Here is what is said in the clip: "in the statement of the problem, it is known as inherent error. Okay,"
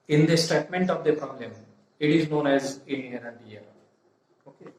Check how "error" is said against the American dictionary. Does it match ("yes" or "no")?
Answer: no